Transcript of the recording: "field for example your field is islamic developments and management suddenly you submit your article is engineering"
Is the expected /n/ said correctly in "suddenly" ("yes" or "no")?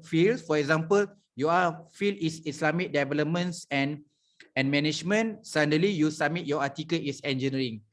no